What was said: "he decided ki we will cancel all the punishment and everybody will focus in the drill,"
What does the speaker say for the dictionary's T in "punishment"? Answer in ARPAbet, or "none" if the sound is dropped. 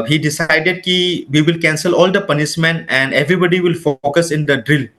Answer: none